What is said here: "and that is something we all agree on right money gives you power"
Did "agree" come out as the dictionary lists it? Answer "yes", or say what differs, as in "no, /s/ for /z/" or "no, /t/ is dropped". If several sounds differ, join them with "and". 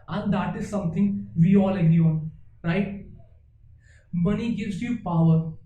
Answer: no, /ɹ/ is dropped